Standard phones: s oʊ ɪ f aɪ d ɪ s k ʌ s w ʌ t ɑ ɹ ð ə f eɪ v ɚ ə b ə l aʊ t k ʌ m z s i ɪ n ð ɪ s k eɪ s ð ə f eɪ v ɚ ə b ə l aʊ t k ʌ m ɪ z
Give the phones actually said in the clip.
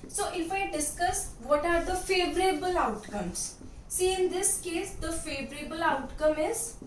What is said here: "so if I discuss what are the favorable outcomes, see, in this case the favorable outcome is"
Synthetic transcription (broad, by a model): s oʊ ɪ f aɪ d ɪ s k ʌ s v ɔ t ɑ ɹ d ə f eɪ v ɚ ə b ə l aʊ t k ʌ m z s i ɪ n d ɪ s k eɪ s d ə f eɪ v ɚ ə b ə l aʊ t k ʌ m ɪ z